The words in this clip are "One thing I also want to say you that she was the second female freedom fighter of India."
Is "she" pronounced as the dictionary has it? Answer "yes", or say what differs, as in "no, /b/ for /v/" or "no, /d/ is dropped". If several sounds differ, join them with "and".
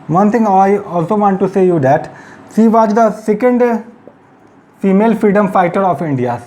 no, /s/ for /ʃ/